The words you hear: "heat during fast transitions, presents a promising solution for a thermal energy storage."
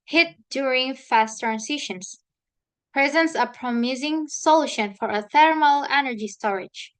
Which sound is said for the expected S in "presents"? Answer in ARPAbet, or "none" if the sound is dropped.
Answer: S